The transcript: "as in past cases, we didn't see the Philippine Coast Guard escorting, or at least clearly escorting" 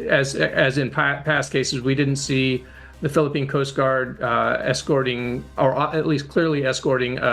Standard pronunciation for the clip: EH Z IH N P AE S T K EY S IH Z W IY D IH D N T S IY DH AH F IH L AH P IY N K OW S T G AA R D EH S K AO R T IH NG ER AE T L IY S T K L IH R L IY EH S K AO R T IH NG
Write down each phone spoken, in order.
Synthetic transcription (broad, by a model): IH Z IH N P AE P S K EY S IH Z W IY D IH D N T S IY DH AH F IH L AH P IY N K OW S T G AA R D EH S K AO R T IH NG ER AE T L IY S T K L IH R L IY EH S K AO R T IH NG